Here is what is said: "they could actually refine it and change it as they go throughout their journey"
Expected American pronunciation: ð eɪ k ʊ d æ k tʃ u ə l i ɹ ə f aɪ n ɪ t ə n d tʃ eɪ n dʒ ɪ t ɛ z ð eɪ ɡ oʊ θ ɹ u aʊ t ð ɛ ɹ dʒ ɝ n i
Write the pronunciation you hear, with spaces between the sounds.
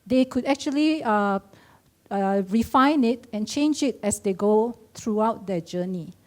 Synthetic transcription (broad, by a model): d eɪ k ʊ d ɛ k tʃ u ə l i ɹ ə f aɪ n ɪ t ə n tʃ eɪ n dʒ ɪ t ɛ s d eɪ ɡ oʊ t ɹ u aʊ t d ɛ dʒ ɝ n i